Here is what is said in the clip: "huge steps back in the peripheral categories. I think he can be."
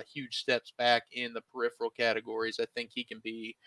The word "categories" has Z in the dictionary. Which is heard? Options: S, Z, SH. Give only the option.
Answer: Z